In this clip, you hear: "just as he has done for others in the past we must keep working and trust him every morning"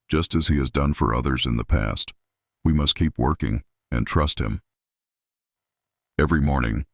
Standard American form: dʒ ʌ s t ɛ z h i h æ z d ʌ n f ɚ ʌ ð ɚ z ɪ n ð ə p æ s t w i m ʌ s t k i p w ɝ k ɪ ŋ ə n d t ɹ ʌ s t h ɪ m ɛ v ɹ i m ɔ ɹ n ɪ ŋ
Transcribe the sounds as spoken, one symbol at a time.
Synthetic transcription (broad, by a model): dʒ ʌ s t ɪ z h i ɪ z d ʌ n f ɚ ʌ ð ɚ z ɪ n ð ə p æ s t w i m ʌ s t k i p w ɝ k ɪ ŋ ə n t ɹ ʌ s t h ɪ m ɛ v ɹ i m ɔ ɹ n ɪ ŋ